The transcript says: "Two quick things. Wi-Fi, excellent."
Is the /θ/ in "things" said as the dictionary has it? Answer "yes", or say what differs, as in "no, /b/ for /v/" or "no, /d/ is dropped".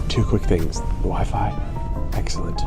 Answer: yes